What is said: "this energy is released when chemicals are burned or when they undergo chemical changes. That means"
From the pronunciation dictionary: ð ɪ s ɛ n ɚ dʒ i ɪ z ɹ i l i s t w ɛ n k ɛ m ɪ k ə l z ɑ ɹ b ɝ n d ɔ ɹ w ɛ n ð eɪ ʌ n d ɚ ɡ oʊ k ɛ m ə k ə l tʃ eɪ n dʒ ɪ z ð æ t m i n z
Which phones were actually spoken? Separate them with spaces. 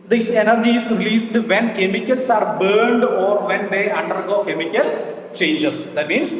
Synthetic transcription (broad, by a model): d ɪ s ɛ n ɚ dʒ i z ɹ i l i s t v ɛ n k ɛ m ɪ k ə l s ɑ ɹ b ɝ n d ɔ ɹ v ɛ n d eɪ ʌ n d ɚ ɡ oʊ k ɛ m ə k ə l tʃ eɪ n dʒ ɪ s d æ t m i n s